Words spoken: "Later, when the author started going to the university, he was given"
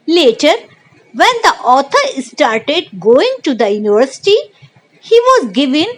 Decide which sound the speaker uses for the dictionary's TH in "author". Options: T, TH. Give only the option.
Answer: T